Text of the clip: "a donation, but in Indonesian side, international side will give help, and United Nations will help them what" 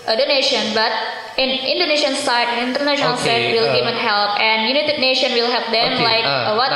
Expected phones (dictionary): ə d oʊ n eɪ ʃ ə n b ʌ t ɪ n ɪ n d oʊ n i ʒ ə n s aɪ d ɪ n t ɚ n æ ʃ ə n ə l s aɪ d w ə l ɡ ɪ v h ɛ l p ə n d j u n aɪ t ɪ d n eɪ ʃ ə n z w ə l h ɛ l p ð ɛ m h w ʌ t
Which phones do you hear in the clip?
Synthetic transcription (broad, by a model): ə d oʊ n eɪ ʃ ə n b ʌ t ɪ n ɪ n d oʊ n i ʃ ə n s aɪ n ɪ n t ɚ n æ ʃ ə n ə l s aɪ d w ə l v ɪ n h ɛ l p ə n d j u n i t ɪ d n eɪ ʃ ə n w ə l h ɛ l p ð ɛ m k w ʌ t